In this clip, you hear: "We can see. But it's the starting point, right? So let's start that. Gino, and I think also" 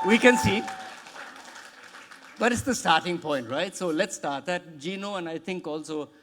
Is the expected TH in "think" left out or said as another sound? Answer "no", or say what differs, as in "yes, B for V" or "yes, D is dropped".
yes, T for TH